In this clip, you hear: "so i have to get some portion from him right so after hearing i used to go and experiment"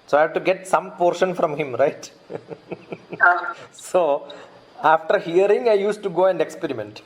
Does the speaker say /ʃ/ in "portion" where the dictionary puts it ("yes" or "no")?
yes